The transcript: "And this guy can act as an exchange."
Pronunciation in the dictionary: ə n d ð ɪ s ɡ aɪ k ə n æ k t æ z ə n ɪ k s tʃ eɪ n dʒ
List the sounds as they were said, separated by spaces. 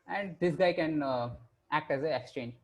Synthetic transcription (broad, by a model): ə n d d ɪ s ɡ aɪ k ə n æ k t æ z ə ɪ k s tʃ eɪ n dʒ